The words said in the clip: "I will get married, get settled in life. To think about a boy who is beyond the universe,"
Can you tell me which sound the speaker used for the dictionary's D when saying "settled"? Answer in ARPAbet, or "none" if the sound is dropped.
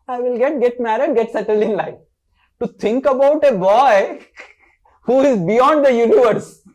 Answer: D